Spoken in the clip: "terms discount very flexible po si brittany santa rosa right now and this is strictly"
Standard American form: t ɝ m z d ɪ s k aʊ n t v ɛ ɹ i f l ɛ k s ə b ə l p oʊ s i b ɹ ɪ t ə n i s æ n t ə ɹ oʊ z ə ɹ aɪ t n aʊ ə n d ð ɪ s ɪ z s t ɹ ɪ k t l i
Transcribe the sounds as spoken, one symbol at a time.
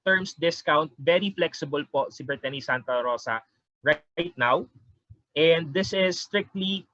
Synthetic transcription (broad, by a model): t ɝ m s d ɪ s k aʊ n t v ɛ ɹ i f l ɛ k s ə b ə l p oʊ s i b ɛ t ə n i s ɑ n t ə ɹ oʊ s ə ɹ aɪ t n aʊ ə n d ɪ s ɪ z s t ɹ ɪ k t l i